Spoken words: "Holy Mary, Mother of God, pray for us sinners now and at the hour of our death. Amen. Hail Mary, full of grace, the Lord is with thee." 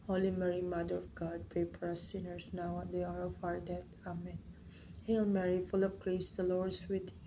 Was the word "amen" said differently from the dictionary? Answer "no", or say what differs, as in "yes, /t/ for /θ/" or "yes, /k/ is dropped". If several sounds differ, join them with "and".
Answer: no